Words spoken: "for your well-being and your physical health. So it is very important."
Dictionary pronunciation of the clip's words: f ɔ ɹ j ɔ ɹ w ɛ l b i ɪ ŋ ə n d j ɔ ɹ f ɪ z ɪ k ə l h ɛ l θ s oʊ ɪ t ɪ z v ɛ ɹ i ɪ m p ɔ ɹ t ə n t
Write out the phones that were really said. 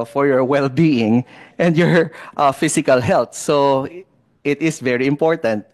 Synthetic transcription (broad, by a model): f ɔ ɹ j ɔ ɹ w ɛ l b i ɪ ŋ ə n d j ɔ ɹ f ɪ s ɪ k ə l h ɛ l t s oʊ ɪ t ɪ s v ɛ ɹ i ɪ m p ɔ ɹ t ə n t